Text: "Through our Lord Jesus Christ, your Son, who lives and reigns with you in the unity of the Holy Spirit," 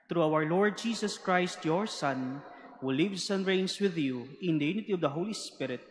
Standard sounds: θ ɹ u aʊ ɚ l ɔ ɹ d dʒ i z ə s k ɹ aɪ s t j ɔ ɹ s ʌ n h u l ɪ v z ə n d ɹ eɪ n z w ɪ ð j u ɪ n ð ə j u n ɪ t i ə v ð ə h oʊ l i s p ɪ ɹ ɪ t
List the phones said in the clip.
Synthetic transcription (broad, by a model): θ ɹ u aʊ ɚ l ɔ ɹ d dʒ i s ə s k ɹ aɪ s t j ɔ ɹ s ʌ n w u l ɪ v s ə n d ɹ eɪ n s w ɪ ð j u ɪ n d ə j u n ɪ t i ə v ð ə h oʊ l i s p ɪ ɹ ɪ t